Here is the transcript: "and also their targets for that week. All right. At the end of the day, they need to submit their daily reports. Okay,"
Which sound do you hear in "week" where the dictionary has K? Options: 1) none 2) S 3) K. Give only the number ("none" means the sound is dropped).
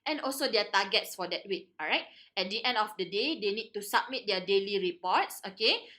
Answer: 1